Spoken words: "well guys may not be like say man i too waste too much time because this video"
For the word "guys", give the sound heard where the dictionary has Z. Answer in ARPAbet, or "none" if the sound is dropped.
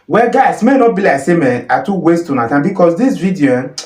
S